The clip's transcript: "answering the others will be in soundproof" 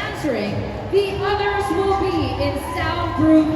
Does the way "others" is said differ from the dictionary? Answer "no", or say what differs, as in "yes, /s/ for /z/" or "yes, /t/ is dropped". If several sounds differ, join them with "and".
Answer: no